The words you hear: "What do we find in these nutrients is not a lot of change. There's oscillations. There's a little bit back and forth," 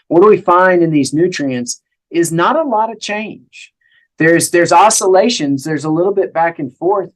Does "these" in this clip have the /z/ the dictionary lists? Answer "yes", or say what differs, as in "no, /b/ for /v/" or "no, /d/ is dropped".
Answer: yes